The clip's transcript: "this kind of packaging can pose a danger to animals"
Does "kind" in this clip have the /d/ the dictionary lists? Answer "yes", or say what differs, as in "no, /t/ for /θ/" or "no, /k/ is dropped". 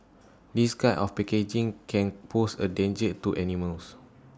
no, /d/ is dropped